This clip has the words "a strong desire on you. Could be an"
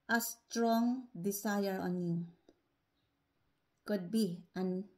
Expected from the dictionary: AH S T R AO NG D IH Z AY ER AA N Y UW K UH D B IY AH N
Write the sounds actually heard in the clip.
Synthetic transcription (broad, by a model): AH S T R AO NG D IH S AY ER AA N Y UW K UH D B IY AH N